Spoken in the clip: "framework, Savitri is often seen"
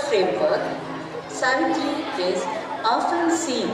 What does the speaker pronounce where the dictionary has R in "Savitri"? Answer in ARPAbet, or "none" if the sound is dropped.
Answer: none